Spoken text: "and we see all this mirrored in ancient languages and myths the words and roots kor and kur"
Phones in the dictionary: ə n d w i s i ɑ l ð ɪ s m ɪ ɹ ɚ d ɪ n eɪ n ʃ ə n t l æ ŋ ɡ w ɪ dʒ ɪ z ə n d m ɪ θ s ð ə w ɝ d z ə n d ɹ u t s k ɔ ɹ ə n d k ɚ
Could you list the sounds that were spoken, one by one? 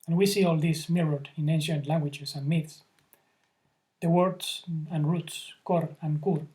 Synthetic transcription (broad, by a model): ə n w i s i ɑ l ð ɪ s m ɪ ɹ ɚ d ɪ n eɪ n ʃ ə n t l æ ŋ ɡ w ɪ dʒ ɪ s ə n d m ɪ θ s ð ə w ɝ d s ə n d ɹ u t s k ɔ ɹ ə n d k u